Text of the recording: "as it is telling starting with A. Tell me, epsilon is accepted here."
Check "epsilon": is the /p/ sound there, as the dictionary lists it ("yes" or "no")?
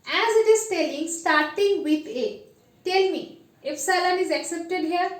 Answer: no